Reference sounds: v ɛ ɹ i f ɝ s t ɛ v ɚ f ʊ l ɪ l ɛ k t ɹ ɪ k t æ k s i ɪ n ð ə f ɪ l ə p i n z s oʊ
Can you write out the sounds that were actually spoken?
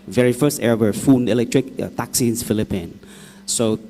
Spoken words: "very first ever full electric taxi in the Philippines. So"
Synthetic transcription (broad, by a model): v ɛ ɹ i f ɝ s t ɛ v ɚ f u n ɪ l ɛ k t ɹ ɪ k t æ k s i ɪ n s f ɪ l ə p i n s oʊ